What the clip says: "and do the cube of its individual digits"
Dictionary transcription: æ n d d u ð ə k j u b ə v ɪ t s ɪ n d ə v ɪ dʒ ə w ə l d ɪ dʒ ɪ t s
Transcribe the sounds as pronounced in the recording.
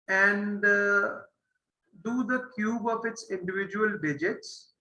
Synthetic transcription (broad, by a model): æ n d d u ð ə k j u b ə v ɪ t s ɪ n d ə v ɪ dʒ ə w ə l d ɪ dʒ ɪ t s